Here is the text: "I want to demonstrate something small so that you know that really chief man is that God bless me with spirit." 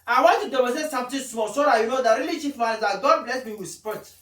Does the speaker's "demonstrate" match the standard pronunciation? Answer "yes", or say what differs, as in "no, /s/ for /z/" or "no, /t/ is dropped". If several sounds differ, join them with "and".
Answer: no, /n/ is dropped